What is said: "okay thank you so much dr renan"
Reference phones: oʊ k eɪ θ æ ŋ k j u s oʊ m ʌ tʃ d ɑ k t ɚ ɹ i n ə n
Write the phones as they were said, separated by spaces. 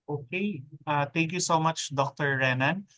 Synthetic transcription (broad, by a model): oʊ k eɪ t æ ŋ k j u s oʊ m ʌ tʃ d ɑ k t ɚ ɹ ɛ n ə n